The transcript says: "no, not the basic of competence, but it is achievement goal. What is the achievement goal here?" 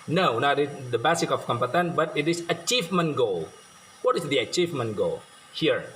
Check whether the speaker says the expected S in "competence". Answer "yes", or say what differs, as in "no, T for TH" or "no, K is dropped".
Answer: no, S is dropped